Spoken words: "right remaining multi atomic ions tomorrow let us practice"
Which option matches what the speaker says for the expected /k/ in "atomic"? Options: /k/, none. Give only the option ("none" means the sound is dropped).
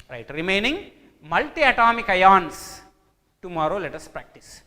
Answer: /k/